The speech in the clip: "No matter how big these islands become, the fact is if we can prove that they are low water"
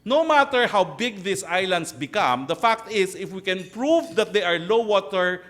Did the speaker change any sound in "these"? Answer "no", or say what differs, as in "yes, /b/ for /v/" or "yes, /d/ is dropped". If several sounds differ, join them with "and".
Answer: yes, /s/ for /z/